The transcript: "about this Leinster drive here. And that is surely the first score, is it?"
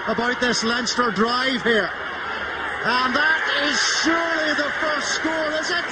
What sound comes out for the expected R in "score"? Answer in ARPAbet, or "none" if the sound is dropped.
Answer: L